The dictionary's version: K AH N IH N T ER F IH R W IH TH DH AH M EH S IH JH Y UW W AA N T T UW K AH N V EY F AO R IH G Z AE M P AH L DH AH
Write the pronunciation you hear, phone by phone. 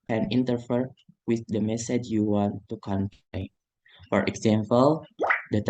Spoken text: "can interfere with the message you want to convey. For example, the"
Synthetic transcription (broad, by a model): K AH N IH N T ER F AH R W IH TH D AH M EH S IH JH Y UW W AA N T T UW K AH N P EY F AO R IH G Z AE M P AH L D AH